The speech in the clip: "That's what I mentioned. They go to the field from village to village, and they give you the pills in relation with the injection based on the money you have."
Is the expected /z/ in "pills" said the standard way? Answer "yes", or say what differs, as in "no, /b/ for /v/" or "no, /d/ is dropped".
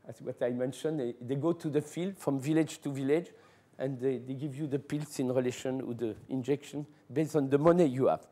no, /s/ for /z/